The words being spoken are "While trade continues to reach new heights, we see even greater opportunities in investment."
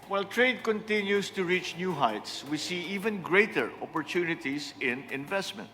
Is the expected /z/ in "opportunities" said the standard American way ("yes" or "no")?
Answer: no